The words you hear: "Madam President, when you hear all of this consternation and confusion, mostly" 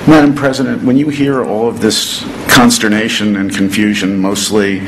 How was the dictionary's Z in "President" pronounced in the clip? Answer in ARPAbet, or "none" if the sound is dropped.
Z